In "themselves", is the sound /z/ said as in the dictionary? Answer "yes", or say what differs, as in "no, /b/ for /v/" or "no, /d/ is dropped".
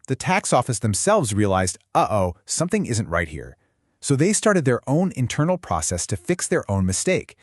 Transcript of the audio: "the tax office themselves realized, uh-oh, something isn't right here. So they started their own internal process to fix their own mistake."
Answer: yes